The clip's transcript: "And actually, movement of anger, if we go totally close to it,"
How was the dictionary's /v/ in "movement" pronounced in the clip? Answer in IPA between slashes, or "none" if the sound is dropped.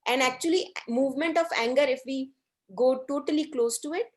/v/